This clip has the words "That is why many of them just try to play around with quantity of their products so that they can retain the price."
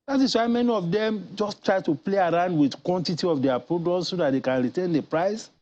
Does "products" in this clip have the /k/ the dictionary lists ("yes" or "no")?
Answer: no